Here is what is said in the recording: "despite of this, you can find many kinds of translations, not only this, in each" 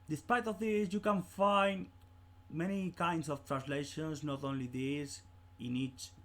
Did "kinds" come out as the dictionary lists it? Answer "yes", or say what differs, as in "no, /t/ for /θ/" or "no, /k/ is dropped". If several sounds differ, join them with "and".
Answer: no, /s/ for /z/